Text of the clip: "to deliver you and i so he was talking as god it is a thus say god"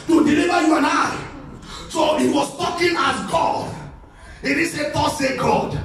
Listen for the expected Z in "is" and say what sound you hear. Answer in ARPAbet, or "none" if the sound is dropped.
S